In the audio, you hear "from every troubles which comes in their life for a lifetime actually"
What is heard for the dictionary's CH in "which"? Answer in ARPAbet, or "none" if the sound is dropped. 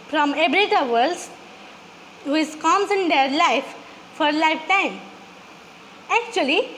S